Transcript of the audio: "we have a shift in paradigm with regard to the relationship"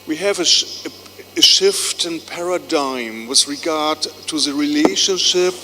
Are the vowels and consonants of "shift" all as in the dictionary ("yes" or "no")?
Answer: yes